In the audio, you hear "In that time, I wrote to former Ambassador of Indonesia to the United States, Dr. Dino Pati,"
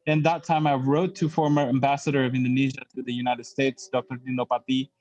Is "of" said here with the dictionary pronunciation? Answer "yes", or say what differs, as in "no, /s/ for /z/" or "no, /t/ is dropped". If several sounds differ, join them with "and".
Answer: yes